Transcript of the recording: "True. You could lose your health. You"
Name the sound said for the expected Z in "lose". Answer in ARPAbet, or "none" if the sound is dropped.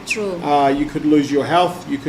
Z